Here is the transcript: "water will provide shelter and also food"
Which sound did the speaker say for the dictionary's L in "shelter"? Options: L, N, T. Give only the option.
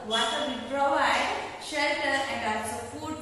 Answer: L